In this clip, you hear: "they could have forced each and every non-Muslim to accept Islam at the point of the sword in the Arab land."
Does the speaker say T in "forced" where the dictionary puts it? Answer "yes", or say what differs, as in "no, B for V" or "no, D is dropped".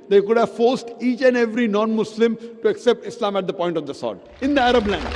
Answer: yes